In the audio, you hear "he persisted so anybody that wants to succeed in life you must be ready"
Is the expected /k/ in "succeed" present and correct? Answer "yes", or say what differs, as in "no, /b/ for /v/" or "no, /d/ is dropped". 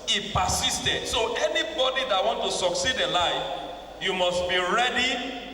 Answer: yes